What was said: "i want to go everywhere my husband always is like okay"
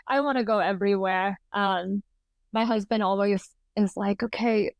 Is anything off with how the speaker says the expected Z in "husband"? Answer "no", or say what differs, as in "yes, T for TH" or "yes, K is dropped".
no